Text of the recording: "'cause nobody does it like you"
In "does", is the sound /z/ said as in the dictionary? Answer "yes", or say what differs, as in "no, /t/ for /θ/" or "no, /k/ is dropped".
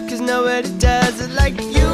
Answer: yes